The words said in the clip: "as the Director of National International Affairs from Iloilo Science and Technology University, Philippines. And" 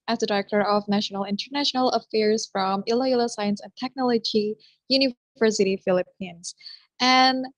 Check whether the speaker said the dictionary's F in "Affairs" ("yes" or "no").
yes